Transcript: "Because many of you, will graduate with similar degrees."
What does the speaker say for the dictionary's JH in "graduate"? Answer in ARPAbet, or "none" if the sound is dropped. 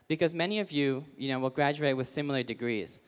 JH